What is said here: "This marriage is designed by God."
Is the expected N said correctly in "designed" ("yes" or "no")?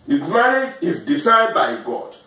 no